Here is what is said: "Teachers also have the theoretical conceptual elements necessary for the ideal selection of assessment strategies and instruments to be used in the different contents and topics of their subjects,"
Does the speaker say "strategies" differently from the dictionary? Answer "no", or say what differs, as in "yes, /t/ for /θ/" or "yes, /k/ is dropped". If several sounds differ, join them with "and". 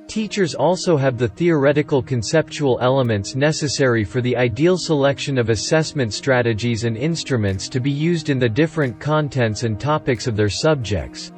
no